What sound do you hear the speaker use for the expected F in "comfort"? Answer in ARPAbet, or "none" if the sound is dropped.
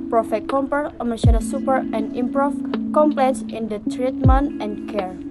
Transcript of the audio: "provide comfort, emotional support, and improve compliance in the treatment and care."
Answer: P